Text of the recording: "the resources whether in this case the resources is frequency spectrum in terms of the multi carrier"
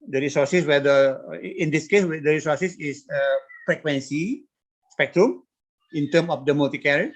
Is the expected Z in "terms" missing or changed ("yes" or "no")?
yes